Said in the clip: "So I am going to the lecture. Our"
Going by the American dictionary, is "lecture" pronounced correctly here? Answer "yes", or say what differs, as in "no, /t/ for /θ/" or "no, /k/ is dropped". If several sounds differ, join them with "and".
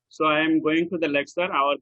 no, /s/ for /tʃ/